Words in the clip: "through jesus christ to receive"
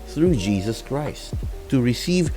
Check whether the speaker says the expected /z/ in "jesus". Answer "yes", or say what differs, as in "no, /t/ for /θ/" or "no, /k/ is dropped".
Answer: yes